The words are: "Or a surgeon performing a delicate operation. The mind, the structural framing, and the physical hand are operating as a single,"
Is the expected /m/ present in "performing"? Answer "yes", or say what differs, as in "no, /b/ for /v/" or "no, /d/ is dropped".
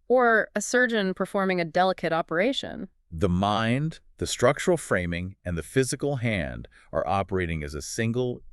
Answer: yes